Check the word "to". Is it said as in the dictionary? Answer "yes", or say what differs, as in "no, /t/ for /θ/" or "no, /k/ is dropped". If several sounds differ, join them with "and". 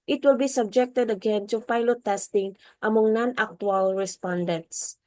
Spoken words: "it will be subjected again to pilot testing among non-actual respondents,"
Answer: no, /s/ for /t/